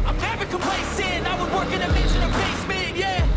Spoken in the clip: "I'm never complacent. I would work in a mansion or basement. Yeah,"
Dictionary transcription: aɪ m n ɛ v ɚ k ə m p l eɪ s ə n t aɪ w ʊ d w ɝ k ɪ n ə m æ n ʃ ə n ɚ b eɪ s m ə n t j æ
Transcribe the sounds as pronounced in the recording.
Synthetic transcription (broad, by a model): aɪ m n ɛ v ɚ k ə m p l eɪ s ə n aɪ w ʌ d w ɝ k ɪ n ə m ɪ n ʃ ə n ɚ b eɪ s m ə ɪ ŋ j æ